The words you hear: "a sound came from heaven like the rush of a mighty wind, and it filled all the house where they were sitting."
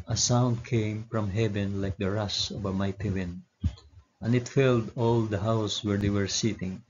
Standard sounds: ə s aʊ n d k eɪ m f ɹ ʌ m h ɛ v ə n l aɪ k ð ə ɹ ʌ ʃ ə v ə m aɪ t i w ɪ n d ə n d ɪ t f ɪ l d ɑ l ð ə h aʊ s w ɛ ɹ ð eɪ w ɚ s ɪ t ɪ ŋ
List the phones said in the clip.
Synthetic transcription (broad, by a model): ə s aʊ n d k eɪ m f ɹ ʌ m h ɛ v ə n l aɪ k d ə ɹ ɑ s ə v ə m aɪ t i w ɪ n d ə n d ɪ t f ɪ l d ɑ l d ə h aʊ s w ɛ ɹ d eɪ w ɚ s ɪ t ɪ ŋ